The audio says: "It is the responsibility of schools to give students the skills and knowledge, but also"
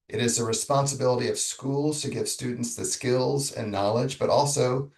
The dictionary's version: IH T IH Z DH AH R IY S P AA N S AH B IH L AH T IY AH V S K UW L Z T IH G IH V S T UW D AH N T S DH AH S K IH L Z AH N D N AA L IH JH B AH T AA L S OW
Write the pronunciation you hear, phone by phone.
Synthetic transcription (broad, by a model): IH T IH Z DH AH R IY S P AA N S AH B IH L AH T IY AH V S K UW L Z T IH G IH V S T UW D N T S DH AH S K IH L Z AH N N AA L IH JH B AH T AA L S OW